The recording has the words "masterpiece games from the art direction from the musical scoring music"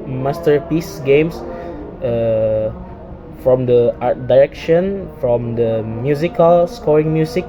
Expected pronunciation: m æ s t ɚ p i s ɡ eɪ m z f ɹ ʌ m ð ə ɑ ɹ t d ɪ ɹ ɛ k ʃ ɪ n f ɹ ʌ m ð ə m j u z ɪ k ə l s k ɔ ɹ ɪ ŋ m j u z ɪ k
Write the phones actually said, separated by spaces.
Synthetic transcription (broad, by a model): m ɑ s t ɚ p i s ɡ eɪ m s f ɹ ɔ m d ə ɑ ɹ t d ɪ ɹ ɛ k ʃ ɪ n f ɹ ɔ m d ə m j u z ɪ k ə l s k ɔ ɹ ɪ ŋ m j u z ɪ k